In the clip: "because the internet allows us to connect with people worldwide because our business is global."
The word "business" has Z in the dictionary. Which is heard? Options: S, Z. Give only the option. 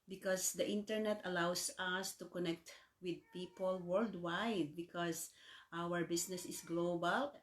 S